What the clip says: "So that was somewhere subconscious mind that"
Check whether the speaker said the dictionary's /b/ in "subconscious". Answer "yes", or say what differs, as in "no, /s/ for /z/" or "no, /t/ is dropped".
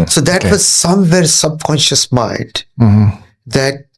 yes